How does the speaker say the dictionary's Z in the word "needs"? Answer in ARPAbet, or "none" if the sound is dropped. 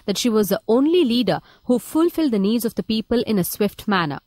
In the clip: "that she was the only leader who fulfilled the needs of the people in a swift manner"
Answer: Z